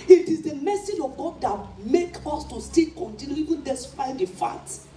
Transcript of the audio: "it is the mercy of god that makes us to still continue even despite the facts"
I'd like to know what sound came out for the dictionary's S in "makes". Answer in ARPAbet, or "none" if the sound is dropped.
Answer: none